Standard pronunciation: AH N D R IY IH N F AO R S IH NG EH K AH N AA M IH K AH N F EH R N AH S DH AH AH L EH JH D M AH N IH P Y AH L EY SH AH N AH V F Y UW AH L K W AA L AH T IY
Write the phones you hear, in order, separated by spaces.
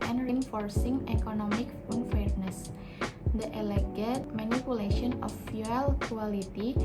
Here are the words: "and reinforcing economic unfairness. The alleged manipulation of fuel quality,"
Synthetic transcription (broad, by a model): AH N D R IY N F AO R S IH NG EH K AH N AA M IH K AH N F EH R N AH S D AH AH L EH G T M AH N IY P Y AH L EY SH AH N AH F Y UW AH L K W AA L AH T IY